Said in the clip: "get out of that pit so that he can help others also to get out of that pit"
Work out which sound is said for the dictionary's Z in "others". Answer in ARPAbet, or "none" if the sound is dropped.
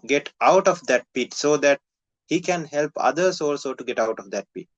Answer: S